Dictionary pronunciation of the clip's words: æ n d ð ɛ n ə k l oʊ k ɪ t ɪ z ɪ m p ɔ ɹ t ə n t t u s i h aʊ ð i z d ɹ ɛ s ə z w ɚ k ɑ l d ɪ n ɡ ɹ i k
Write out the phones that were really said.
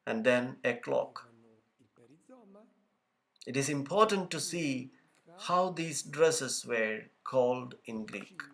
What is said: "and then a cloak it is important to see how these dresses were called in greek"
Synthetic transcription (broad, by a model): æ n d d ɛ n ə k l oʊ k ɪ t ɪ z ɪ m p ɔ ɹ t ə n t t u s i h aʊ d i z d ɹ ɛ s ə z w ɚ k ɑ l d ɪ n ɡ ɹ i k